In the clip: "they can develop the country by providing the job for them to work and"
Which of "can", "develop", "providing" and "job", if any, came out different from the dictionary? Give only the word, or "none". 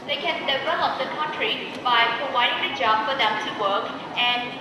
none